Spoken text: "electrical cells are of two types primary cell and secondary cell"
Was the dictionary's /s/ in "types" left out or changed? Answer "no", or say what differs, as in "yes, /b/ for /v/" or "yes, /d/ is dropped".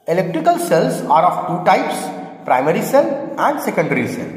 no